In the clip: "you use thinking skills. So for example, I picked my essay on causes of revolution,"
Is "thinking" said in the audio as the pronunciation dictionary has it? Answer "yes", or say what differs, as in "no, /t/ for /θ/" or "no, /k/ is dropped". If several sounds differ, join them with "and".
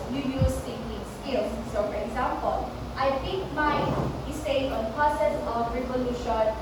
no, /t/ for /θ/